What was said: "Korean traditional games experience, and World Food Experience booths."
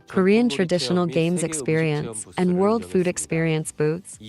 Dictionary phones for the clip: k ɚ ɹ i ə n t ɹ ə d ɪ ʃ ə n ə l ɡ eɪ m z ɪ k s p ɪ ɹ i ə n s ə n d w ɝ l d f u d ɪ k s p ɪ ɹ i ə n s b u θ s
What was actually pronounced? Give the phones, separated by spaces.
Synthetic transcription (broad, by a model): k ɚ ɹ i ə n t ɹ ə d ɪ ʃ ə n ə l ɡ eɪ m z ɪ k s p ɪ ɹ i ə n s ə n w ɝ l d f u d ɪ k s p ɪ ɹ i ə n s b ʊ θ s